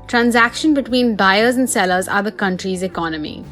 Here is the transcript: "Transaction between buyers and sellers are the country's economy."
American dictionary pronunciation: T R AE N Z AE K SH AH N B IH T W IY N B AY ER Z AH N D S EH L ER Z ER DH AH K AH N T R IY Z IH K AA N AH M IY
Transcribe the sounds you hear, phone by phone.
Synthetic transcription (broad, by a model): T R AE N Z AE K SH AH N B IH T W IY N B AY ER Z AH N D S EH L ER Z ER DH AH K AH N T R IY Z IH K AA N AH M IY